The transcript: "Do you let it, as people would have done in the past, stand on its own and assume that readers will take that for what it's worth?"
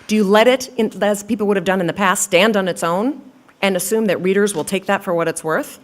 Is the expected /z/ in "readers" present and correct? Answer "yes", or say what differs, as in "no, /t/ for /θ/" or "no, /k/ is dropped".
yes